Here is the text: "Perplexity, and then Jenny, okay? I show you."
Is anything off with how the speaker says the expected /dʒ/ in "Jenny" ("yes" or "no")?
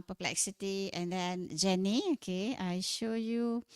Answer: no